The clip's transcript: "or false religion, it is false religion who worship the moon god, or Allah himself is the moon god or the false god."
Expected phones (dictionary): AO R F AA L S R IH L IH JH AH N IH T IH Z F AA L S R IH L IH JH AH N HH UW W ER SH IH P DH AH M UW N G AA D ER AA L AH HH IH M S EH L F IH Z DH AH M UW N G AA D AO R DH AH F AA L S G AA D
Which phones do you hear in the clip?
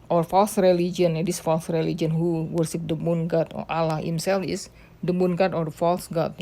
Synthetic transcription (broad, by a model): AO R F AA L S R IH L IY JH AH N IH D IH S F AA L S R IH L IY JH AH N HH UW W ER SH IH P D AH M UW N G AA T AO AA L AH HH IH M S EH L F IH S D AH M UW N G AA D AO R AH F AA L S G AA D